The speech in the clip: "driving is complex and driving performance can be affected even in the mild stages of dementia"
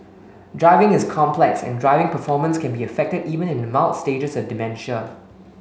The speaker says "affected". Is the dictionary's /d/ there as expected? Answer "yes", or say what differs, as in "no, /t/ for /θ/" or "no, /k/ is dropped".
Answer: yes